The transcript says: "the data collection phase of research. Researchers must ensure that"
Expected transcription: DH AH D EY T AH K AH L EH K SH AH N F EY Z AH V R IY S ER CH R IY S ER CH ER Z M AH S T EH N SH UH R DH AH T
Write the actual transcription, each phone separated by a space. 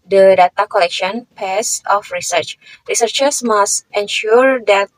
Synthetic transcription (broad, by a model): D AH D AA T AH K AH L EH K SH AH N P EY S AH F R IY S ER CH R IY S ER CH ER S M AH S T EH N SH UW R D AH T